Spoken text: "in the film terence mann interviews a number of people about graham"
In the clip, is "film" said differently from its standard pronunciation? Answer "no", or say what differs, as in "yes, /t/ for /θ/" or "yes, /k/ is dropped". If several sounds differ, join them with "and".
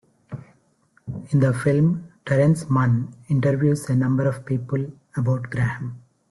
no